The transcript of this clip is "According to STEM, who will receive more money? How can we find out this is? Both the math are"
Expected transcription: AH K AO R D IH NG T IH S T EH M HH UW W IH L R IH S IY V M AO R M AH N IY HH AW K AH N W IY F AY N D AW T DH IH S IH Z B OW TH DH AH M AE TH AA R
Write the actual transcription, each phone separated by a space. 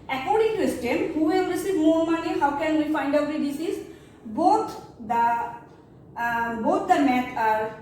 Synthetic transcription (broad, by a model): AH K AO R D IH NG T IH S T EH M HH UW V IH L R IH S IY V M AO R M AH N IY HH AW K AH N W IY F AY N D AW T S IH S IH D B OW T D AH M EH T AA R